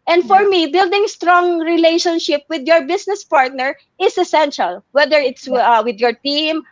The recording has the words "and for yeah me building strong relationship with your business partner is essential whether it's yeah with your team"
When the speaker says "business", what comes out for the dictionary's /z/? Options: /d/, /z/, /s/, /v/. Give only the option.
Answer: /s/